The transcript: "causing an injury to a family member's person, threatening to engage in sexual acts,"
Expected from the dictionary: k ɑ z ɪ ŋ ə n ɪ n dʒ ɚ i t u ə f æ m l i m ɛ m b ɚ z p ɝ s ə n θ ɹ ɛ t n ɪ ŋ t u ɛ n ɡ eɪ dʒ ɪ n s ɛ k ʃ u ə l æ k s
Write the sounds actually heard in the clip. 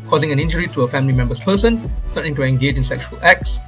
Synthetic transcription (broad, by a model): k ɑ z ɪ ŋ ə n ɪ n dʒ ɚ i t u ə f æ m l i m ɛ m b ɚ s p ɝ s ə n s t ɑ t ɪ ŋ t u ɛ n ɡ eɪ dʒ ɪ n s ɛ k ʃ u ə l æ k s